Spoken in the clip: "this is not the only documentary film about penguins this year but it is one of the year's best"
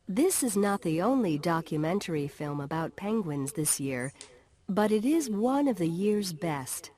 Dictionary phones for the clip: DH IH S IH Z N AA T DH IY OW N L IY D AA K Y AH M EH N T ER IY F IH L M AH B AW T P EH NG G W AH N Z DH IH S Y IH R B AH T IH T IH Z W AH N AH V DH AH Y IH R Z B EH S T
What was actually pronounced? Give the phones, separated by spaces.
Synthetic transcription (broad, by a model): DH IH S IH Z N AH T DH IY OW N L IY D AA K Y AH M EH N T ER IY F IH L M AH B AW T P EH NG G W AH N Z DH IH S Y IH R B AH T IH T IH Z W AH N AH V DH AH Y IH R Z B EH S T